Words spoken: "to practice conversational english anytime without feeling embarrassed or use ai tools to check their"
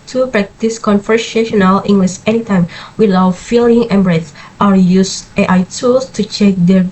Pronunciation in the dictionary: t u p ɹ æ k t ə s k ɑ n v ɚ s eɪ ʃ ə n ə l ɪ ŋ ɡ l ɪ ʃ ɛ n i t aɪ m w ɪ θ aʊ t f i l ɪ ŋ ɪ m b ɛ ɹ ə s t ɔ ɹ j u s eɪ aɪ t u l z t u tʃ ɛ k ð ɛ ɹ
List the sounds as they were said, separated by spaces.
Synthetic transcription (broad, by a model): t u p ɹ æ k t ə s k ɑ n f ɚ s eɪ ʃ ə n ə l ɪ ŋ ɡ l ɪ s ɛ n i t aɪ m w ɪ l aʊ f i l ɪ ŋ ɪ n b ɹ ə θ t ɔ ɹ j u s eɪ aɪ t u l s t u tʃ ɛ k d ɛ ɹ